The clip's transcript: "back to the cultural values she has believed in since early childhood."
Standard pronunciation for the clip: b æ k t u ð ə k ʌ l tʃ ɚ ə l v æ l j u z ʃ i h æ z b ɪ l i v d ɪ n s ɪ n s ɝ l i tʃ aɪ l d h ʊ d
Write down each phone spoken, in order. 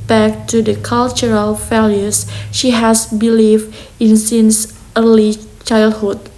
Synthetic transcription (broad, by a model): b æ k t u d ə k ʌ l tʃ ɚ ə l f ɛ l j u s ʃ i h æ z b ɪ l i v ɪ n s ɪ n s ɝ l i tʃ aɪ l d h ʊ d